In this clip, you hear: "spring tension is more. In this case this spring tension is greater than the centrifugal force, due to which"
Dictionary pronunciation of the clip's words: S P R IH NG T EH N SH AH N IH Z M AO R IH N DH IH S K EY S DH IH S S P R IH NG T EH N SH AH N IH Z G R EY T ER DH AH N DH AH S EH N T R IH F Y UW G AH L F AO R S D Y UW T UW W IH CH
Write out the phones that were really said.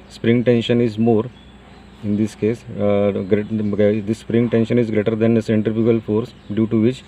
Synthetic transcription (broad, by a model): S P R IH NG T EH N SH AH N IH Z M AO R IH N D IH S K EY S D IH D S P R IH NG T EH N SH AH N IH Z G R EY T ER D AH N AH S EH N T R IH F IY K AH L F AO R S D Y UW T UW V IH CH